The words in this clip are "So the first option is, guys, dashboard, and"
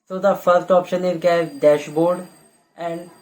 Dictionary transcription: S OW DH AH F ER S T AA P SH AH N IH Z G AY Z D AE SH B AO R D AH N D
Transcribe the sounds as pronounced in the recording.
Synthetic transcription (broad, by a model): S OW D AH F ER S T AA P SH AH N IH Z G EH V D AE SH B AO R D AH N D